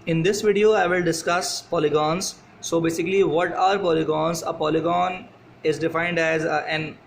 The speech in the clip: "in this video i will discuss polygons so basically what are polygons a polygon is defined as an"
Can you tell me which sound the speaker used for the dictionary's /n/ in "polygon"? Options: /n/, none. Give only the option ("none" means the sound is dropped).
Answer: /n/